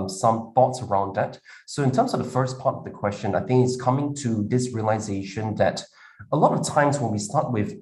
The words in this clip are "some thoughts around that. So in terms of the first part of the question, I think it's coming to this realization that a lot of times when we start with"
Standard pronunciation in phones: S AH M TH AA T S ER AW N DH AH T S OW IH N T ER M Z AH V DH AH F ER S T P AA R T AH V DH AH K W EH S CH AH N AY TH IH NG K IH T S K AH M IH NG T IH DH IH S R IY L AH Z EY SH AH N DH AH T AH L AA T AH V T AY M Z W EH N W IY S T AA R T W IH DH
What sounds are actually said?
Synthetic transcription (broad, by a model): S AH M TH AA T S ER AW N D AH T S OW IH N T ER M Z AH V DH AH F ER S P AA R T AH V DH AH K W EH S CH AH N AY TH IH NG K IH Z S K AH M IH NG T IH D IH S R IY L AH Z EY SH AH N DH AH T AH L AA T AH V T AY M Z W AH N W IY S T AA R T W IH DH